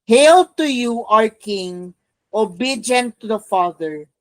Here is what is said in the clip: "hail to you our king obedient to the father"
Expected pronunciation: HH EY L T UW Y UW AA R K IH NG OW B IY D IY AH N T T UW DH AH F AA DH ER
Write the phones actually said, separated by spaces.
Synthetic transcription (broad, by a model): HH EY L T UW Y UW AA R K IH NG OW B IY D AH N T T UW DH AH F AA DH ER